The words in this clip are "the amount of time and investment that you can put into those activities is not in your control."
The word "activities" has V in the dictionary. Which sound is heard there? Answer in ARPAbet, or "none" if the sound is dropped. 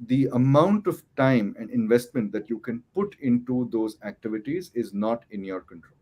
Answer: V